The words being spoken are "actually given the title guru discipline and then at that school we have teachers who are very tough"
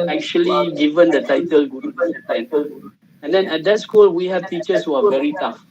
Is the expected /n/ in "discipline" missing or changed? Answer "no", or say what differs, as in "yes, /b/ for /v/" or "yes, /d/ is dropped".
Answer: yes, /l/ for /n/